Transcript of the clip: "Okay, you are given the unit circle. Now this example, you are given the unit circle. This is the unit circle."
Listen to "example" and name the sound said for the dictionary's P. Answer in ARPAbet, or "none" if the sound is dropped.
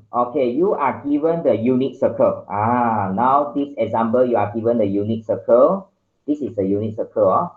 B